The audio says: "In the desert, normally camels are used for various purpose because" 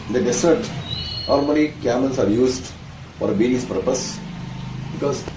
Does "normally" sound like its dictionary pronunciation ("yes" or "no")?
no